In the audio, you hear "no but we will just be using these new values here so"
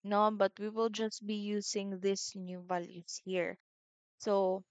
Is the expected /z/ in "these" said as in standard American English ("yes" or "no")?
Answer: no